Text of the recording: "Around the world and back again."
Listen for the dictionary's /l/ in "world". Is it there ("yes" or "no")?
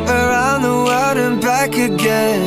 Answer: no